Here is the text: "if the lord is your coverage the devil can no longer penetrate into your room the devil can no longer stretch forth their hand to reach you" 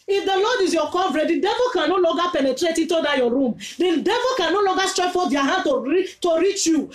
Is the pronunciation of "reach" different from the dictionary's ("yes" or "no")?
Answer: no